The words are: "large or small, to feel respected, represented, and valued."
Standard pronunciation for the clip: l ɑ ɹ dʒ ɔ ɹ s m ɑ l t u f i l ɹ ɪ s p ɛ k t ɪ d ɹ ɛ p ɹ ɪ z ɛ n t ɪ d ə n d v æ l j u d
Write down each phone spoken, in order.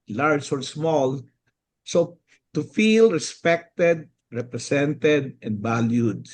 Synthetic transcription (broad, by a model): l ɑ ɹ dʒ ɔ ɹ s m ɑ l t u f i l ɹ ɪ s p ɛ k t ɪ d ɹ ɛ p ɹ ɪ s ɛ n t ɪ d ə n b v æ l j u d